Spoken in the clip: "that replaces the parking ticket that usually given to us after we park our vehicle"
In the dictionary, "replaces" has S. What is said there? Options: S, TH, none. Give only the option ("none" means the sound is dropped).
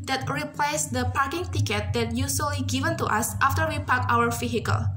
none